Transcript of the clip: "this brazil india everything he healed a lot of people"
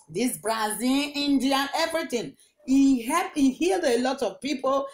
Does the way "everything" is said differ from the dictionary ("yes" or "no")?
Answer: yes